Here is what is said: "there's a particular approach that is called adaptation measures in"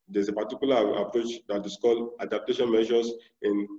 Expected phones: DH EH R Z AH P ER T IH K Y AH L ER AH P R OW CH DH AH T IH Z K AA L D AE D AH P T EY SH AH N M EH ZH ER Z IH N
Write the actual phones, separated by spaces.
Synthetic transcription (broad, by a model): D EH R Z AH P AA T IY K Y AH L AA AH P R OW CH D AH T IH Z K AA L AA D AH P T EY SH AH N M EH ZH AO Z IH N